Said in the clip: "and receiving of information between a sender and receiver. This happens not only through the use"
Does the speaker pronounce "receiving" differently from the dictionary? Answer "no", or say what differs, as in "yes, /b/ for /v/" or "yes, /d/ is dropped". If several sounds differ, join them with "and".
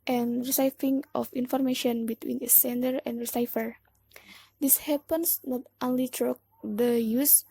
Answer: yes, /f/ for /v/